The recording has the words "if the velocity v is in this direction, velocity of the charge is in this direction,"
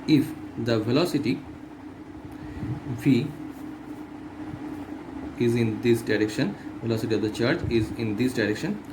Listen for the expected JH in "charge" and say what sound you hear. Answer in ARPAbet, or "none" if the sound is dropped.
CH